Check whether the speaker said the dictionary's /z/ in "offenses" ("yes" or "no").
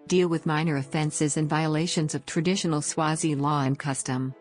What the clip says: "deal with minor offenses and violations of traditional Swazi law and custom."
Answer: yes